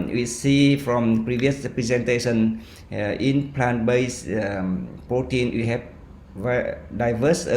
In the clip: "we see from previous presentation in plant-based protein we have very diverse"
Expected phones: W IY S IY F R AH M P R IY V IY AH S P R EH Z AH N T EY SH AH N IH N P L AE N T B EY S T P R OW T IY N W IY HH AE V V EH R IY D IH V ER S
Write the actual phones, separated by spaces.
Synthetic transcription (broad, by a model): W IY S IY F R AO M P R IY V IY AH S P R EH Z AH N T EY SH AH N IH N P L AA N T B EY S P R OW T IY N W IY HH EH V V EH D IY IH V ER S